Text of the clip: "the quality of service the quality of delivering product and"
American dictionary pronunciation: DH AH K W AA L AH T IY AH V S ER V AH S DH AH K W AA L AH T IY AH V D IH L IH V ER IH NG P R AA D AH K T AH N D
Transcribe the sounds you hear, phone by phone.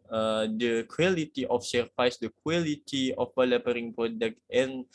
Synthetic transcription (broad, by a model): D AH K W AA L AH T IY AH F S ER F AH S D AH K W AA L AH T IY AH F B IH L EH P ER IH NG P R AA D AH K T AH N